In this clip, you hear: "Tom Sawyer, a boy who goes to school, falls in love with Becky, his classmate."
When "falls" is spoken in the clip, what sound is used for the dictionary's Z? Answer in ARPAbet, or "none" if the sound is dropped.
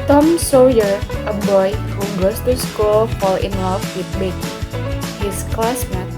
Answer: none